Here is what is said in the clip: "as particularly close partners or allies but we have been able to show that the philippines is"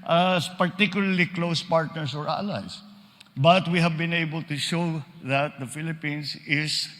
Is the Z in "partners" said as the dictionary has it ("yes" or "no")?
no